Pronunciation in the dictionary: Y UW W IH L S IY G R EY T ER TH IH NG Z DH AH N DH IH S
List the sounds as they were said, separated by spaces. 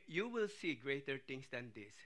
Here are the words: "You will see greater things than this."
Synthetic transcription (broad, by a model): Y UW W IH L S IY G R EY T ER T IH NG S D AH N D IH S